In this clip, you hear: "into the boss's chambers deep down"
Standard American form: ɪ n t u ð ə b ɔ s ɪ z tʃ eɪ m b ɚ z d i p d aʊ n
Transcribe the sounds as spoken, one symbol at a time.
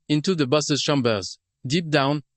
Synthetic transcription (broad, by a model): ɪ n t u ð ə b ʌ s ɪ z ʃ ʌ m b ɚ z d i p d aʊ n